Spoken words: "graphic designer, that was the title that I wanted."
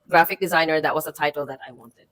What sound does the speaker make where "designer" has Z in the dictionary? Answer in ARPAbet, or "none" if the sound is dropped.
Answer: Z